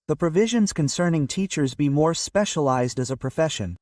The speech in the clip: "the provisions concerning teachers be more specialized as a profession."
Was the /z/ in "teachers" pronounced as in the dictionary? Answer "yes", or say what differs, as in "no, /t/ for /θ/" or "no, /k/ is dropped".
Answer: yes